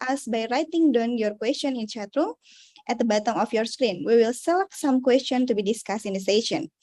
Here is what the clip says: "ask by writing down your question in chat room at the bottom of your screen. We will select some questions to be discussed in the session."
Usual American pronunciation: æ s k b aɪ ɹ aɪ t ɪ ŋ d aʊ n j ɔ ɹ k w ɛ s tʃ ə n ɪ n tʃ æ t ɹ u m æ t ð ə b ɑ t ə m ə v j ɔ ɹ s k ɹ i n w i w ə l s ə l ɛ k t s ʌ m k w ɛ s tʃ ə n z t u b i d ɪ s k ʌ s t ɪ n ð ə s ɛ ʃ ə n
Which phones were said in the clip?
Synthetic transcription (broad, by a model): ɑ s b aɪ ɹ aɪ t ɪ ŋ d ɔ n j ɔ ɹ k w ɛ s tʃ ə n ɪ n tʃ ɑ t ɹ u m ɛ t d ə b ɑ t ə m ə f j ɔ ɹ s k ɹ i n w i w ə l s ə l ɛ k s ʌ m k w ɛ s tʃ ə n t u b i d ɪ s k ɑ s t ɪ n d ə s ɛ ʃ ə n